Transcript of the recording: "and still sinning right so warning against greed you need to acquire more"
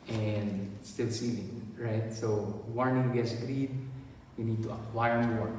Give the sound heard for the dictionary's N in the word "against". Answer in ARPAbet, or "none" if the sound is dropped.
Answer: none